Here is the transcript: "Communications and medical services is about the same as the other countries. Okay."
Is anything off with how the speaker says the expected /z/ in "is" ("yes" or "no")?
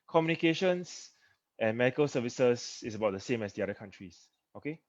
yes